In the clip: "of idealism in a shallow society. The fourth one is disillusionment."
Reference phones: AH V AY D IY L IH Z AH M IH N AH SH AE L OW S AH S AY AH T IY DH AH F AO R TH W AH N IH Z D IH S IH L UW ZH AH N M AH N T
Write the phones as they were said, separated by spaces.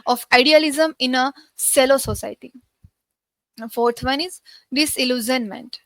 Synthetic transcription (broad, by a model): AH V AY D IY L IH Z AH M IH N AH S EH L OW S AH S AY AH T IY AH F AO R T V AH N IH Z D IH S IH L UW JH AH N M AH N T